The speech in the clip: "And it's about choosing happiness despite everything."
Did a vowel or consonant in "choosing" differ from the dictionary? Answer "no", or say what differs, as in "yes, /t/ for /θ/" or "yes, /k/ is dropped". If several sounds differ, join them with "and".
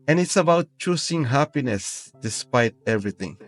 yes, /s/ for /z/